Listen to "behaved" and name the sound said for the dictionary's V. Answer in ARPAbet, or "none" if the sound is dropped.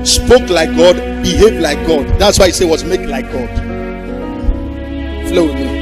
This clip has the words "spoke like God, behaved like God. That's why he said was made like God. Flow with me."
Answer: none